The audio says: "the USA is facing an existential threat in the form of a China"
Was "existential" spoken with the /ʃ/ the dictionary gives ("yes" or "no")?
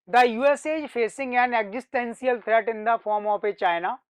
no